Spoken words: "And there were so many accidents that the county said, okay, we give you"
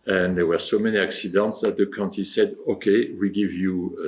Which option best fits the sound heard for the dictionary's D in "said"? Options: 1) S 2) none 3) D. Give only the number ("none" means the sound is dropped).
3